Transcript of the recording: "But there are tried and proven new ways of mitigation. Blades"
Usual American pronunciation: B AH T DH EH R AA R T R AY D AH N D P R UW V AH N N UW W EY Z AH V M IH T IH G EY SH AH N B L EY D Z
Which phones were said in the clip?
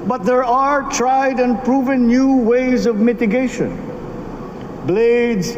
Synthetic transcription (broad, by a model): B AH T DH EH R AA R T R AY D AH N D P R UW V AH N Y UW W EY Z AH V M IH T IH G EY SH AH N B L EY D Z